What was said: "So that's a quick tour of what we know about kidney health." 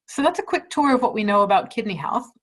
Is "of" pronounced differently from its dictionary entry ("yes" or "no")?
no